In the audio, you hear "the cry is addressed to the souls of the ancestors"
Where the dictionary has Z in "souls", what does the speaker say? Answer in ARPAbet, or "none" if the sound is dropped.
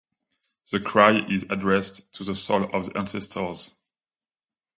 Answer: none